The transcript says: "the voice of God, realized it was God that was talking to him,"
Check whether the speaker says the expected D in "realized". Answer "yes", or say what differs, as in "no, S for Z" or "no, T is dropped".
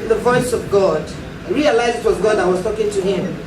no, D is dropped